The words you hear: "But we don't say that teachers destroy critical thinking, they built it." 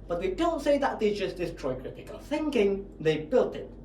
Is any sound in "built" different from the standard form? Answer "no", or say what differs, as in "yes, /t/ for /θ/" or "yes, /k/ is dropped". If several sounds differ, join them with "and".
no